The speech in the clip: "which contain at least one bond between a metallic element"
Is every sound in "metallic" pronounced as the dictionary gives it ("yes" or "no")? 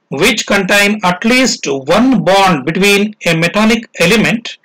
no